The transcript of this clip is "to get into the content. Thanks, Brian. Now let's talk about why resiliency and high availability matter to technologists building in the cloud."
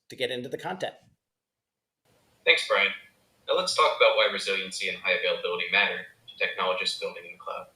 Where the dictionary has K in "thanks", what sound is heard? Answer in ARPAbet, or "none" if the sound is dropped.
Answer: K